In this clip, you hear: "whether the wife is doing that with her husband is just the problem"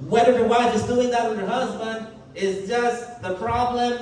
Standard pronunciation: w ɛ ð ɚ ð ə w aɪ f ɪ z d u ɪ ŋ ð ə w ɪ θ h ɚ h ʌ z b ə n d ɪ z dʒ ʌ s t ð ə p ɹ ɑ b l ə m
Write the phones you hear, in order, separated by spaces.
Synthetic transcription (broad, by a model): w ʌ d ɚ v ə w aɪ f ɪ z d u ɪ ŋ ð ə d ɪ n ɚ h ʌ z b ə n d ɪ z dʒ ʌ s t ð ə p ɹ ɑ b l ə m